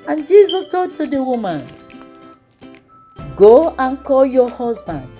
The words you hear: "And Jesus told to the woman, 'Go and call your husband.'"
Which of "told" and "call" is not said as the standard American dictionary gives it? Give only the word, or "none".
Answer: told